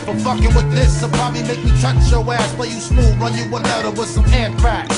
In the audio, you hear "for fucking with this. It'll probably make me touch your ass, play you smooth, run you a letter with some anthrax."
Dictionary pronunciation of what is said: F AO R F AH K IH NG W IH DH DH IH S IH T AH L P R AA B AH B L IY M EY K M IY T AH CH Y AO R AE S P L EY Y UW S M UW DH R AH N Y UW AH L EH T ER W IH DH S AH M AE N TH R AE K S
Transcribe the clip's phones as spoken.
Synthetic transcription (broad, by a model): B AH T F AH K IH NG W IH DH DH IH S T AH P R AA B AH B L IY M EY K M IY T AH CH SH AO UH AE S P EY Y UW S M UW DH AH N Y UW AH N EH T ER W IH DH S AH M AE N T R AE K